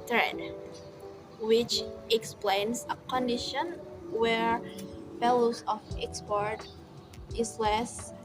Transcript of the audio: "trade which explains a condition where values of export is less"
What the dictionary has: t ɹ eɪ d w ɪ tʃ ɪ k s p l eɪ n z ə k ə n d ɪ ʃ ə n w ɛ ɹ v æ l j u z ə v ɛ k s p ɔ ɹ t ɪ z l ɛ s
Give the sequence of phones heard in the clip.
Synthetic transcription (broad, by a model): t ɹ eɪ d w ɪ tʃ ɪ k s p l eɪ n s ə k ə n d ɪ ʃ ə n w ɛ ɹ f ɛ l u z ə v ɛ k s p ɔ ɹ t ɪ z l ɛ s